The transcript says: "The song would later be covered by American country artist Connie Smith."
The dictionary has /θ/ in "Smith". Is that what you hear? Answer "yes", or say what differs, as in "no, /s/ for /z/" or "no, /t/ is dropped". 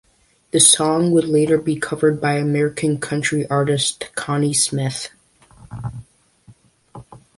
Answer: yes